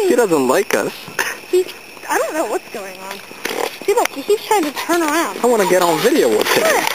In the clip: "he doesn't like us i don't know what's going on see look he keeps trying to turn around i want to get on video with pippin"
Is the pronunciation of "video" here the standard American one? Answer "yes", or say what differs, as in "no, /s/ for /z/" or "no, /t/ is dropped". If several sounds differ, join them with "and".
yes